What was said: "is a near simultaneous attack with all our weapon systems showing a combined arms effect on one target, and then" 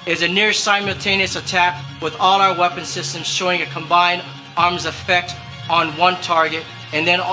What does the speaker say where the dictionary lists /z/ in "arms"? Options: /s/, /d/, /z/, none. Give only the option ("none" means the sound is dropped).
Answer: /z/